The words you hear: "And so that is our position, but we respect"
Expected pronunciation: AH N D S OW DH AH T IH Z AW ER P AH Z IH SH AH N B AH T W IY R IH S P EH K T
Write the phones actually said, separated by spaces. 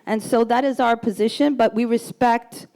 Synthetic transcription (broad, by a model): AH N S OW DH AH T IH Z AW ER P AH Z IH SH AH N B AH T W IY R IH S P EH K T